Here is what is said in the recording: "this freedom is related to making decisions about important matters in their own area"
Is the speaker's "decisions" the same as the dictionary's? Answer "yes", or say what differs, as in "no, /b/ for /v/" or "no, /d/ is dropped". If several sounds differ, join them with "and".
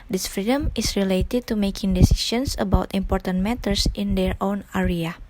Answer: no, /s/ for /ʒ/ and /s/ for /z/